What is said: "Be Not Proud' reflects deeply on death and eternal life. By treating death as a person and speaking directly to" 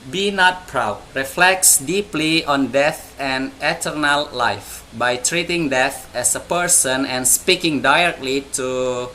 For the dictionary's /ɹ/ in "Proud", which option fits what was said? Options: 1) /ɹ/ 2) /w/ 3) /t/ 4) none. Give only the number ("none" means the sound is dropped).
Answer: 1